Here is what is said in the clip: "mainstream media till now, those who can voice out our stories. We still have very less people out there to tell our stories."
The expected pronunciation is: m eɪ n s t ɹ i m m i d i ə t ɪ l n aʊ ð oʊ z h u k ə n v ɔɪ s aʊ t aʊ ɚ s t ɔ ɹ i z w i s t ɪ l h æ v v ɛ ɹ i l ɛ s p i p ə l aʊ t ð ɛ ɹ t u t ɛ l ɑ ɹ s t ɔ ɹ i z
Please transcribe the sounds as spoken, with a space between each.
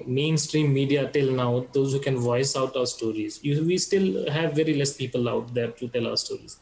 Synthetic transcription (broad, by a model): m eɪ n s t ɹ i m m i d i ə t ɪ l n aʊ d oʊ z h u k ə n v ɔɪ s aʊ t aʊ ɚ s t ɔ ɹ i z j i s t ɪ l h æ v v ɛ ɹ i l ɛ s p i p ə l aʊ t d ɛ ɹ t u t ɛ l ɑ ɹ s t ɔ ɹ i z